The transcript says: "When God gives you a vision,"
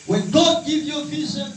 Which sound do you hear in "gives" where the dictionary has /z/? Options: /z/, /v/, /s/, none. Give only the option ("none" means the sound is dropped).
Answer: none